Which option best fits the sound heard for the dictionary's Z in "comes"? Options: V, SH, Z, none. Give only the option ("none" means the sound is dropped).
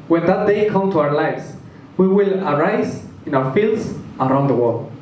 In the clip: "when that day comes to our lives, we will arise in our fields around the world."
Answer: none